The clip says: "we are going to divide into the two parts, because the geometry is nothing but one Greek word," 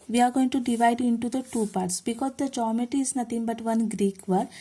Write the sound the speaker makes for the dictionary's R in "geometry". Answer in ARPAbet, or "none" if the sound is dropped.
none